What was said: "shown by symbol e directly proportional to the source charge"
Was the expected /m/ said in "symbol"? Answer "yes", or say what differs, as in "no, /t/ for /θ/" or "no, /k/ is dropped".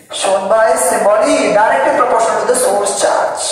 no, /m/ is dropped